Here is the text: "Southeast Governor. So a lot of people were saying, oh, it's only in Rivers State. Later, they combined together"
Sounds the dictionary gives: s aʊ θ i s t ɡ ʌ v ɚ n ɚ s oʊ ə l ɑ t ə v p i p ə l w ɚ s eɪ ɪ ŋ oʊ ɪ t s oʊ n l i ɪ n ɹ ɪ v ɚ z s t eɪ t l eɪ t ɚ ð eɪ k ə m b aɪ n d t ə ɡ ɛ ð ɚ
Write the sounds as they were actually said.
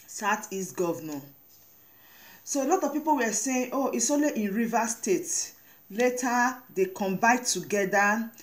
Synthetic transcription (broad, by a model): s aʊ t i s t ɡ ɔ v n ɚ s oʊ ə l ɑ t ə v p i p ə l w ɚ s eɪ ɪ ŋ oʊ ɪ s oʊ l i ɪ n ɹ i v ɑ s t eɪ t l eɪ t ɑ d eɪ k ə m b aɪ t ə ɡ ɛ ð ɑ